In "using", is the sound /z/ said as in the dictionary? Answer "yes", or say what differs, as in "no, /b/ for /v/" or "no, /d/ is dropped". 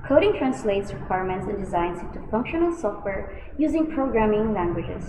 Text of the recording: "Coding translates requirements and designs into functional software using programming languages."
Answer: yes